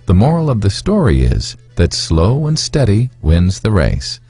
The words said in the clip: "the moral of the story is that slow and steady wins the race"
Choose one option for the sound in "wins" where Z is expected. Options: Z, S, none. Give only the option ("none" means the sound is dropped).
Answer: Z